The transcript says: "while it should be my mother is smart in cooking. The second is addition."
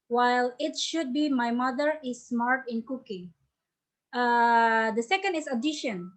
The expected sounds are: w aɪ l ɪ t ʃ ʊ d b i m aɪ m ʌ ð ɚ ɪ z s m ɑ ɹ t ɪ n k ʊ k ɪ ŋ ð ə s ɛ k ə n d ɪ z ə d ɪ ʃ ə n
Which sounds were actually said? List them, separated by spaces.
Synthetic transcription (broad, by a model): w aɪ l ɪ t ʃ ʊ d b i m aɪ m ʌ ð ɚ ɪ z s m ɑ ɹ t ɪ n k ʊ k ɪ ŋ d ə s ɛ k ə n d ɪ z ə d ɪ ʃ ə n